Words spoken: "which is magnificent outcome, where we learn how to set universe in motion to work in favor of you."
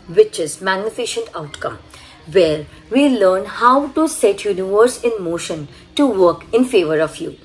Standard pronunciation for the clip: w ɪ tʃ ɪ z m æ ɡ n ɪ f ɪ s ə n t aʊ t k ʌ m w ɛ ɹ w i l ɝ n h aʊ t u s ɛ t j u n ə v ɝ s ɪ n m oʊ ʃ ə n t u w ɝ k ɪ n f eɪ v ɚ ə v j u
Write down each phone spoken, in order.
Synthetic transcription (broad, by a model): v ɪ tʃ ɪ z m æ ɡ n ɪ f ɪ ʃ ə n t aʊ t k ʌ m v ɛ ɹ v i l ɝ n h aʊ t u s ɛ t j u n ə v ɝ s ɪ n m oʊ ʃ ə n t u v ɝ k ɪ n f eɪ v ɚ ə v j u